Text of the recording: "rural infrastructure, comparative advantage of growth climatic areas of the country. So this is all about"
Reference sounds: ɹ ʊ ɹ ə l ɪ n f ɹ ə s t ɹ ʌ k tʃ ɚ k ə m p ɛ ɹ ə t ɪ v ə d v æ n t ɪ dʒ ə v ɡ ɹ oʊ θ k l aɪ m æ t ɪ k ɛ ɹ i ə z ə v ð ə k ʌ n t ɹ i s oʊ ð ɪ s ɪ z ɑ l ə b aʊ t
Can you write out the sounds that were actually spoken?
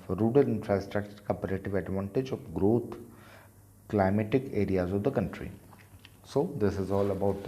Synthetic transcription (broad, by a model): ɹ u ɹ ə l ɪ n f ɹ ə s t ɹ ʌ k tʃ ɚ k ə p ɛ ɹ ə t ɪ v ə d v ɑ n t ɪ dʒ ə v ɡ ɹ oʊ t k l aɪ m æ t ɪ k ɛ ɹ i ə z ə v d ə k ʌ n t ɹ i s oʊ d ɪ s ɪ z ɑ l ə b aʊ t